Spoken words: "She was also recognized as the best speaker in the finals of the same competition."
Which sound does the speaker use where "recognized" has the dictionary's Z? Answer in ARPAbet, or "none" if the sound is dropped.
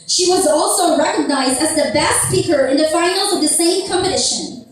Z